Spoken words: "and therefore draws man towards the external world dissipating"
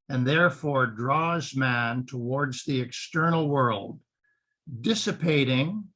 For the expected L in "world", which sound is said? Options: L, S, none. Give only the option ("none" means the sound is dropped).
L